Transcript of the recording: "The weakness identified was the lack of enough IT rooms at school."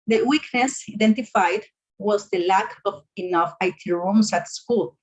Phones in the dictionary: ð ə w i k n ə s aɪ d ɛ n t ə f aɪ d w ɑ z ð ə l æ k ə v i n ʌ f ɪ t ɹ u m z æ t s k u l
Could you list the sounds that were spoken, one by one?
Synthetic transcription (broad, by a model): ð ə w i k n ə s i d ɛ n t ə f aɪ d w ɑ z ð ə l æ k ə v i n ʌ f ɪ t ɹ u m s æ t s k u l